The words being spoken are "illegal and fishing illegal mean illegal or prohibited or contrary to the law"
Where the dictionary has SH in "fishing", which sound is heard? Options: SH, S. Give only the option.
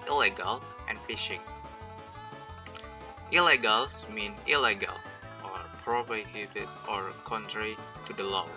SH